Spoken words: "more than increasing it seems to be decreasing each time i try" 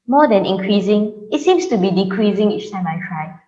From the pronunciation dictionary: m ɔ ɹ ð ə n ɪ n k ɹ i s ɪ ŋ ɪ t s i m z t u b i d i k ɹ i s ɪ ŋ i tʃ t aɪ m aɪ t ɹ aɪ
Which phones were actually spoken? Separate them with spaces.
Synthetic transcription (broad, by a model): m ɔ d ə n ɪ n k ɹ i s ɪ ŋ ɪ t s i m s t u b i d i k ɹ i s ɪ ŋ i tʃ t aɪ m aɪ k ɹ aɪ